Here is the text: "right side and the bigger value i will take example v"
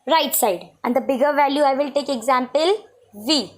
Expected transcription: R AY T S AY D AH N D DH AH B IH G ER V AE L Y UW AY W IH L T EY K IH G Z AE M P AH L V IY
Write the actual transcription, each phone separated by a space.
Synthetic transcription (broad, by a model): R AY T S AY D AH N D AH B IH G ER V AE L Y UW AY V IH L T EY K IH G Z AE M P AH L V IY